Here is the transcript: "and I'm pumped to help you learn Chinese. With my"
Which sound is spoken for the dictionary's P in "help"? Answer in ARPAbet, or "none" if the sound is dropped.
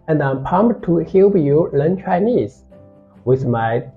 B